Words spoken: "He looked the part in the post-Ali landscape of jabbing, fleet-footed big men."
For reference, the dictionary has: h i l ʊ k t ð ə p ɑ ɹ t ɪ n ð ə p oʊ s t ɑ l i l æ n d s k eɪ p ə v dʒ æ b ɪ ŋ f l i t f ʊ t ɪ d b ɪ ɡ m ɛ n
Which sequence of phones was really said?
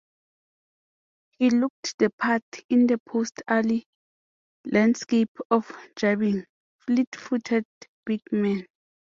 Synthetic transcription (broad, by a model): h i l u k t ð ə p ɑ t ɪ n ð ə p oʊ s t ɑ l i l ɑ n d s k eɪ p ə f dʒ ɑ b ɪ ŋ f l i t f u t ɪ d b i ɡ m ɛ n